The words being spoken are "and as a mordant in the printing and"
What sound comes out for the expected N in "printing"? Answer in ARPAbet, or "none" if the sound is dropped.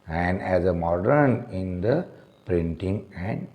N